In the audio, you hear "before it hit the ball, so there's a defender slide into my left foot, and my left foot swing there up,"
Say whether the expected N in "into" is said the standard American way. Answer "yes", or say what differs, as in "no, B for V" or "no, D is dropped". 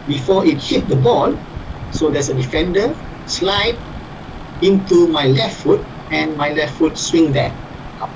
yes